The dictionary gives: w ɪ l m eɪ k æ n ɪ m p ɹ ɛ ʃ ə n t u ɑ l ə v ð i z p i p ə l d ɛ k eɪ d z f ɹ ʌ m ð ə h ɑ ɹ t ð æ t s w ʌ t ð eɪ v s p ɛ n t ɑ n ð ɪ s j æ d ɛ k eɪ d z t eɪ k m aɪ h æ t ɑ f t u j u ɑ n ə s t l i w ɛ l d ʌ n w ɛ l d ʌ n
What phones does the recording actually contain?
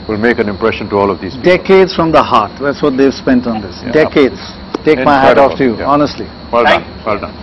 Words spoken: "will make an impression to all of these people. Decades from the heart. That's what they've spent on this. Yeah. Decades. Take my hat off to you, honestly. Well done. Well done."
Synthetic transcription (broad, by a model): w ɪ l m eɪ k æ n ɪ m p ɹ ɛ ʃ ə n t u ɑ l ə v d i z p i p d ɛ k eɪ d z f ɹ ʌ m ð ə h ɑ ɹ t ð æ t s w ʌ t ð eɪ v s p ɛ n t ɑ n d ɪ s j d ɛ k eɪ d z t eɪ k m aɪ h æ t ɑ f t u j u ɑ n ə s t l i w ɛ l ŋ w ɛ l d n